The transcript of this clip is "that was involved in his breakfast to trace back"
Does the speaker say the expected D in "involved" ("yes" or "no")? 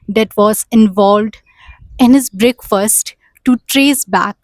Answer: yes